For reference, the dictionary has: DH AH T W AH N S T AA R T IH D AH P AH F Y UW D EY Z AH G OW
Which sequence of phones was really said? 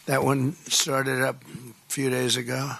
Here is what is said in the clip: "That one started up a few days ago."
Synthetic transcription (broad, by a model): DH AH T W AH N S T AA R T IH D AH P F Y UW D EY Z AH G OW